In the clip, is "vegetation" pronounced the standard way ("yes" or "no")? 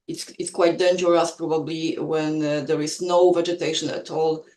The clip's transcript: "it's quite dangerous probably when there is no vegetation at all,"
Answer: yes